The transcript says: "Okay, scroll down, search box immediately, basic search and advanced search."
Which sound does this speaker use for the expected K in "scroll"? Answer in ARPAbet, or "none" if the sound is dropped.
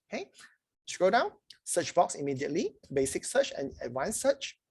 none